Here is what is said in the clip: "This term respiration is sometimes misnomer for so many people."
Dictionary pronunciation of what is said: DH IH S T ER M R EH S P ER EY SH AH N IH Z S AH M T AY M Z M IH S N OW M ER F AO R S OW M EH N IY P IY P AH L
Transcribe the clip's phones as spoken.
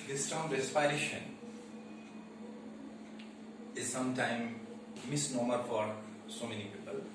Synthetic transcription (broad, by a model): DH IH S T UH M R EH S F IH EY SH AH N IH Z S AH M T AY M M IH S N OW M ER F AO R S OW M EH N IY P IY P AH L